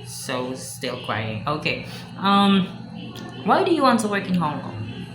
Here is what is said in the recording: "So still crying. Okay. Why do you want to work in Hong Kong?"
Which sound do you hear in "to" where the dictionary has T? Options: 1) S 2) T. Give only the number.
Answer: 2